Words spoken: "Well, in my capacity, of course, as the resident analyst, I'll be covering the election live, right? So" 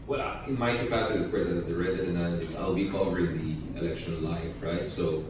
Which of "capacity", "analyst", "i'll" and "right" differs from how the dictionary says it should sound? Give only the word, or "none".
analyst